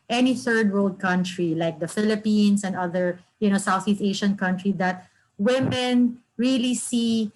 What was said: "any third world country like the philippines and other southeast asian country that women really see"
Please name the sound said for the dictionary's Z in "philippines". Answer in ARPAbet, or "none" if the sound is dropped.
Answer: S